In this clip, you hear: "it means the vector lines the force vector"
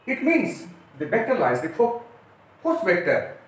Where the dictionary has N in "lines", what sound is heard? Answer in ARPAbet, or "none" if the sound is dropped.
none